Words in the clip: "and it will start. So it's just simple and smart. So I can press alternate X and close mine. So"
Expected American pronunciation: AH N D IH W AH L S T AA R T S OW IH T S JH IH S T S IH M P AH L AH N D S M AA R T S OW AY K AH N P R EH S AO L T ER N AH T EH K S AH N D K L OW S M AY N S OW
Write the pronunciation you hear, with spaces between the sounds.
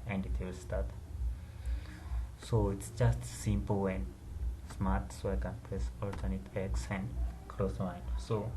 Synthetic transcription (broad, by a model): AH N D IH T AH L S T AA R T S OW IH T S JH IH S T S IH M P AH L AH N S M AA R T S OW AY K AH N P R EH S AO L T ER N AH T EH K S AH N D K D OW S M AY N S OW